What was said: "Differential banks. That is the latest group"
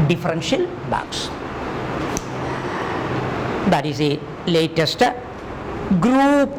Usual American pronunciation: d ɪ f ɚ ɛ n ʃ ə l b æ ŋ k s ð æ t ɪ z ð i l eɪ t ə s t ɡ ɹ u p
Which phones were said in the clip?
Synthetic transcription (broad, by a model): d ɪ f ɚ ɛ n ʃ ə l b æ k s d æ t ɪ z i l eɪ t ə s t ɡ ɹ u p